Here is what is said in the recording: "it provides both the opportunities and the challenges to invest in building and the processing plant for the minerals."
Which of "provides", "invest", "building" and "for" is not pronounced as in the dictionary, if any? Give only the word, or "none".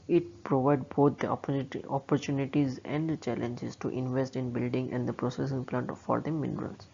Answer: provides